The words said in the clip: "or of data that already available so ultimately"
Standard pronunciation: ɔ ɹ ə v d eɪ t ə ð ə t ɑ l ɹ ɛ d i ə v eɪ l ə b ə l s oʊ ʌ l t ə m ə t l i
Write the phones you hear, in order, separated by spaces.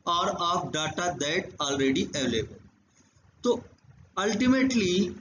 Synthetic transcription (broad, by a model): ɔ ɹ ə p d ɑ t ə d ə t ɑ l ɹ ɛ d i ə v eɪ l ə b ə l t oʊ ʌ l t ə m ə t l i